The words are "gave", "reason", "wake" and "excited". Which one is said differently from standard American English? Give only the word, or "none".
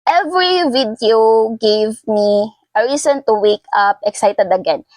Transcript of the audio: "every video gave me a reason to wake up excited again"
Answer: reason